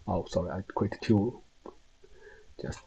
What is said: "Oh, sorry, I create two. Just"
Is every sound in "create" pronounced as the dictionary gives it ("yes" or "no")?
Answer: no